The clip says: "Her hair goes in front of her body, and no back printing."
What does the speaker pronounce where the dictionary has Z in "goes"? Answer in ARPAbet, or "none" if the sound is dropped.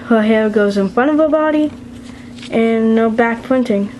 Z